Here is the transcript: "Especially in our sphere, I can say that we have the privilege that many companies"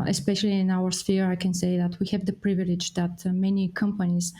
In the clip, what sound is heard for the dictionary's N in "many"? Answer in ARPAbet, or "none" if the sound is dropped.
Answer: N